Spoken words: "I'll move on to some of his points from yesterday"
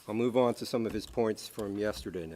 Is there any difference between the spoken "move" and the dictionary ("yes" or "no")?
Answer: no